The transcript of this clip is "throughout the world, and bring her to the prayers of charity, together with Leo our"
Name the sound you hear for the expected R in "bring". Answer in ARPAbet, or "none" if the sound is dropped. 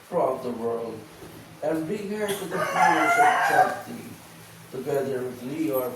none